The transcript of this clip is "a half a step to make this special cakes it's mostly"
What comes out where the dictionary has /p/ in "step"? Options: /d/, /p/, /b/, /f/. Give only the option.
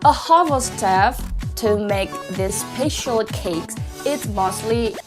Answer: /f/